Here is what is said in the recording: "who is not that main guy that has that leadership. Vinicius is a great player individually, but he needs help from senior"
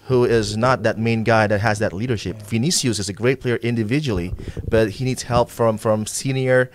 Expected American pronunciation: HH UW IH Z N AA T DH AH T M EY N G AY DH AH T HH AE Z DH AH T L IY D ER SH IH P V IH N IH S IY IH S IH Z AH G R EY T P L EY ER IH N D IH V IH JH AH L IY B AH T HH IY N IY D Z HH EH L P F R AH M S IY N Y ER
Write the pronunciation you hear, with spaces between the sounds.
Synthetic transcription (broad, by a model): HH UW IH Z N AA T DH AH T M EY N G AY DH AH T HH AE Z DH AH T L IY D ER SH IH P F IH N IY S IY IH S IH Z AH G R EY T P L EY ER IH N D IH V IH JH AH L IY B AH T HH IY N IY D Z HH EH L P F R AH M S IY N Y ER